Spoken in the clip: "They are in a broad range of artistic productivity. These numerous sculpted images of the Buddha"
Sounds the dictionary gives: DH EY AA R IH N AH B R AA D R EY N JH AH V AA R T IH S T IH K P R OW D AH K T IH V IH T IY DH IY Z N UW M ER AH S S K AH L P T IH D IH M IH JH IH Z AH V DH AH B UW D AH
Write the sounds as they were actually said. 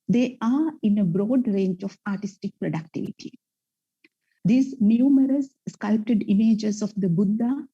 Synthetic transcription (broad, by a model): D EY AA R IH N AH B R AA D R EY N JH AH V AA R T IH S T IH K P R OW D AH K T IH V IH T IY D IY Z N UW M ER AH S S K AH L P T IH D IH M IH JH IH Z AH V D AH B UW D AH